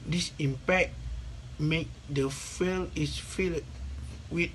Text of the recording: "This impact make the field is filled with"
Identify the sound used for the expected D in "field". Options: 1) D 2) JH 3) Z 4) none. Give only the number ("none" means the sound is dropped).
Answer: 4